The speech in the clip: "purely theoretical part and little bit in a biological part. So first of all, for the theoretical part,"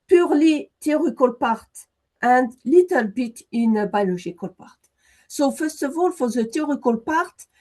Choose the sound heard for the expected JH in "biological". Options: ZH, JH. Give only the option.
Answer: ZH